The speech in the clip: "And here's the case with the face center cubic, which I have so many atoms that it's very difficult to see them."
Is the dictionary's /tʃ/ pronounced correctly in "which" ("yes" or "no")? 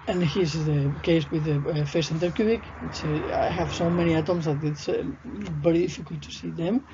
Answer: no